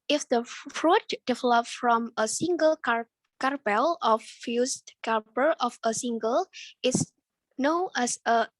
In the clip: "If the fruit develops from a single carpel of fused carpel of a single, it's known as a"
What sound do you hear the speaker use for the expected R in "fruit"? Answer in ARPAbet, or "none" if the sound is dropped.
R